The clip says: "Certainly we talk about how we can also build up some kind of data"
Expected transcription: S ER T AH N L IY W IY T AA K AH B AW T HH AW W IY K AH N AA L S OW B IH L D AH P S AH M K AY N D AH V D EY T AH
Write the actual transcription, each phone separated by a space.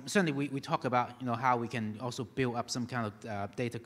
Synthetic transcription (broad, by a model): S ER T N L IY W IY T AA K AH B AW T HH AW W IY K AH N AA L S OW B IH L D AH P S AH M K AY N D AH V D EY T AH